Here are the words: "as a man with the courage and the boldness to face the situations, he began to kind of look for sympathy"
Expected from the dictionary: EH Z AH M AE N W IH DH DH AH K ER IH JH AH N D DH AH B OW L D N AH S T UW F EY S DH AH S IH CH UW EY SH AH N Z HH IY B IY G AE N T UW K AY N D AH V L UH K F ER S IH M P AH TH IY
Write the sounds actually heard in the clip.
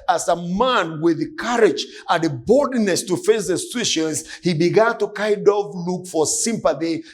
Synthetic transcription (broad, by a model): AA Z AH M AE N W IH DH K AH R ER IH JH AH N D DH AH B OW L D N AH S T UW F EY S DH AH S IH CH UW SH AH N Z HH IY B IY G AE N T UW K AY D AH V L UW K F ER S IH M P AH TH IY